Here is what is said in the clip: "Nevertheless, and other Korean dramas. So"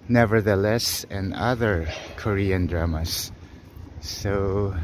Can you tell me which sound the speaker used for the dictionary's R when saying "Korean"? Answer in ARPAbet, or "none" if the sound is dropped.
R